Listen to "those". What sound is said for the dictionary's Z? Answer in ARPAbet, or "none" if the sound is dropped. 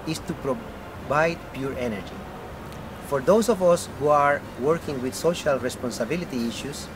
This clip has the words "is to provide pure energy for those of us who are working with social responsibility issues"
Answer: S